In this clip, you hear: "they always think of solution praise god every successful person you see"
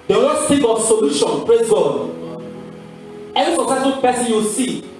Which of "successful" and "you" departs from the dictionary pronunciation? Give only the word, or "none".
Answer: successful